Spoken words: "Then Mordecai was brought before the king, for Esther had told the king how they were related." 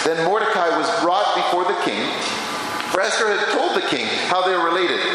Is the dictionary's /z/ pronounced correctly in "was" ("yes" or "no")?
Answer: yes